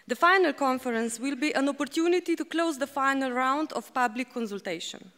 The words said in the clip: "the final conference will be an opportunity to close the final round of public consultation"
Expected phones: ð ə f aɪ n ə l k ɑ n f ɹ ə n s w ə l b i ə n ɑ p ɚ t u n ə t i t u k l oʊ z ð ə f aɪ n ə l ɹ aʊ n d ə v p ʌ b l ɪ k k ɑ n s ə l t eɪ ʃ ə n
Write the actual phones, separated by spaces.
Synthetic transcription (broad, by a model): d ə f aɪ n ə l k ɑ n f ɹ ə n s w ə l b i ə n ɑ p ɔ t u n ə t i t u k l oʊ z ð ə f aɪ n ə l ɹ aʊ n d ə f p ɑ b l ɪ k k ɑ n s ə l t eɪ ʃ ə n